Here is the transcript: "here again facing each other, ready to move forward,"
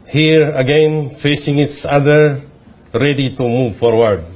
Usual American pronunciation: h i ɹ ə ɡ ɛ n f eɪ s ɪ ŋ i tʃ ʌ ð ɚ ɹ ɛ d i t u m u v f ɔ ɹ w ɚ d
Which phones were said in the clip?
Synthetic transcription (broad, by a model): h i ɹ ə ɡ ɛ n f eɪ s ɪ ŋ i s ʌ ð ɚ ɹ ɛ d i t u m u v f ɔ ɹ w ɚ d